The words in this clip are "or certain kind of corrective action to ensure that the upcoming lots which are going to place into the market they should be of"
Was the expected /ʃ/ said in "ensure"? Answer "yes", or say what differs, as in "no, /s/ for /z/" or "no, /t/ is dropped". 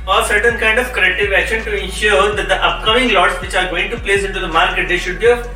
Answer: yes